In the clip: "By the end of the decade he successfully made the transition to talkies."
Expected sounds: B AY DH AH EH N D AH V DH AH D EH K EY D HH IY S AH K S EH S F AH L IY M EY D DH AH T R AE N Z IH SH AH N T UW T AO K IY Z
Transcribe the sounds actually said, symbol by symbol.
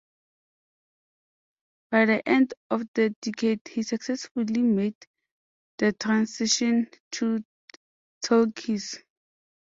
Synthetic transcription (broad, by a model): B AY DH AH EH N D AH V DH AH D EH K EY D HH IY S AH K S EH S F AH L IY M EY D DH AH T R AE N S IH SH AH N T UW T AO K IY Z